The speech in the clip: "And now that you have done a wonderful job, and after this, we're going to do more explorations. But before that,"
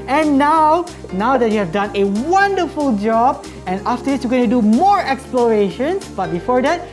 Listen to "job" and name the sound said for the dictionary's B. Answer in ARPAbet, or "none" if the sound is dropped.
B